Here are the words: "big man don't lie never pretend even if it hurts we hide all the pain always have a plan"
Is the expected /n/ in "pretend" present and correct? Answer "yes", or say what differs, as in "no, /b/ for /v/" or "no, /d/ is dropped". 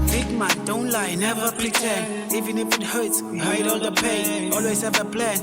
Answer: no, /n/ is dropped